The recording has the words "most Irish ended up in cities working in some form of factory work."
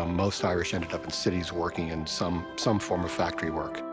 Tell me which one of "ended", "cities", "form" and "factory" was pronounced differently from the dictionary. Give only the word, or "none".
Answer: none